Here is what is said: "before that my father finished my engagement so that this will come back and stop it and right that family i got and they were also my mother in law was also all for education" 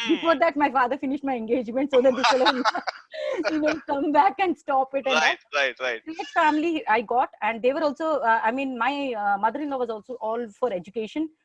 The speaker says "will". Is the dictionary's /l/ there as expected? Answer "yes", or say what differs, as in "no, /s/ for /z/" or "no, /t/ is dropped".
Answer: no, /n/ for /l/